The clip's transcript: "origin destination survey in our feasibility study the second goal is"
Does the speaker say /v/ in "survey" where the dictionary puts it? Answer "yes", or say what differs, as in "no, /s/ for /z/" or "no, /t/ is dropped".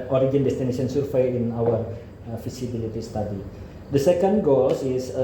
no, /f/ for /v/